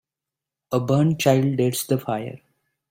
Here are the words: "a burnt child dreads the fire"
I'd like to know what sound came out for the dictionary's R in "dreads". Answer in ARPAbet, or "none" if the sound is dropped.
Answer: none